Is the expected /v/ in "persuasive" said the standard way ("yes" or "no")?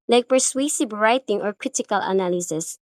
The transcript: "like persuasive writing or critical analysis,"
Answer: no